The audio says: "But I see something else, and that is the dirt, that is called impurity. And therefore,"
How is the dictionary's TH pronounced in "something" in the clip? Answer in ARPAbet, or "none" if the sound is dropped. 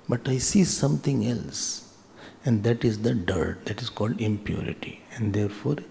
T